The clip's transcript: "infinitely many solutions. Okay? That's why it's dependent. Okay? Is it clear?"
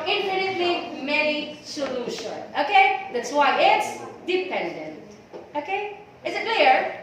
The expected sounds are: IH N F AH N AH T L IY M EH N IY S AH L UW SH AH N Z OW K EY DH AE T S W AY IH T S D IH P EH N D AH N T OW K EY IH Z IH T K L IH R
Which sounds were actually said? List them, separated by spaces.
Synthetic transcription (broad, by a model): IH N F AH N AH T L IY M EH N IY S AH L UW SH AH N OW K EY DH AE T S W AY IH T S D IH P EH N D AH N T OW K EY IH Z IH T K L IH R